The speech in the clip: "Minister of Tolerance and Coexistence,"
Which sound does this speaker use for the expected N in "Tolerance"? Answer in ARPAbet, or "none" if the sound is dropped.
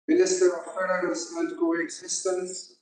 none